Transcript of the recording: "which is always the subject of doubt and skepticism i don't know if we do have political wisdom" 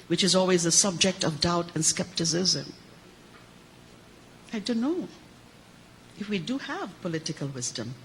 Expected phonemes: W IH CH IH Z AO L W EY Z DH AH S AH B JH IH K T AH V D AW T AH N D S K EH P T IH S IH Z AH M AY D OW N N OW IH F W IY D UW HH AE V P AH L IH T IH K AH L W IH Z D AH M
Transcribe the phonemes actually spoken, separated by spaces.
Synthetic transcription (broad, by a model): W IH CH IH Z AO L W EY Z DH AH S AH B JH IH K T AH V D AW T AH N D S K EH P T IH S IH Z AH M AY D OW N N OW IH F W IY D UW HH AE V P AH L IH T IH K AH L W IH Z D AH M